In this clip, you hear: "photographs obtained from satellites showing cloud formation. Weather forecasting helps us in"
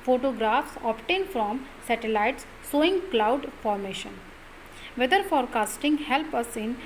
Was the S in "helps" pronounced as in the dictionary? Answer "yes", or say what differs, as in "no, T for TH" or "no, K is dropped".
no, S is dropped